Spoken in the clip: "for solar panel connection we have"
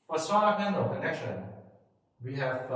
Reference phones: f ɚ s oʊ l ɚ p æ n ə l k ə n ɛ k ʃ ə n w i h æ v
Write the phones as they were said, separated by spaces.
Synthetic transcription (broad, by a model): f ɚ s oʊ ɚ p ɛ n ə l k ə n ɛ k ʃ ə n w i h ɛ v